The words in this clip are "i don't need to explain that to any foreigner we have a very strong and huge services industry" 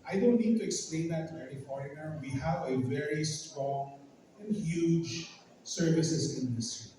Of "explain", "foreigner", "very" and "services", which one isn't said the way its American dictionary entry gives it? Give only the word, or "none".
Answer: services